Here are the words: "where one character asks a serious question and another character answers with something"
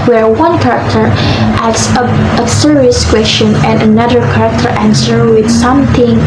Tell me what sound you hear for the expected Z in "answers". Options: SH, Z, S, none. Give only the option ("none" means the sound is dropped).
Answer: none